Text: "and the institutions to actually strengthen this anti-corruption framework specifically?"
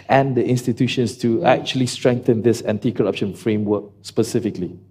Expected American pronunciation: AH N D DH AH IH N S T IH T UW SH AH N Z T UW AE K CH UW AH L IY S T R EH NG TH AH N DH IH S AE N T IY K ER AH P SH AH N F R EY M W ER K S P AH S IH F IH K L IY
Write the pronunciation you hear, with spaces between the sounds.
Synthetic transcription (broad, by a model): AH N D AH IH N S T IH T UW SH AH N S T UW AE K CH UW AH L IY S T R EH NG TH AH N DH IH S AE N T IY K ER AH P SH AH N F R EY M W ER K S P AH S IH F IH K L IY